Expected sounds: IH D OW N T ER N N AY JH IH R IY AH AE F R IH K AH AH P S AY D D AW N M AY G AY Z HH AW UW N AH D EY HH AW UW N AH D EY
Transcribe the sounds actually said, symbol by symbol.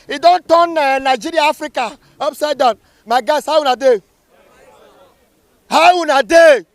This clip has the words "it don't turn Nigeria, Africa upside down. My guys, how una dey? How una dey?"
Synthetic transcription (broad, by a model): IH D OW N T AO N N AY JH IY R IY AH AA F R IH K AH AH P S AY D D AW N M AY G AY S HH AW UW N AH D EY HH AW UW N AH D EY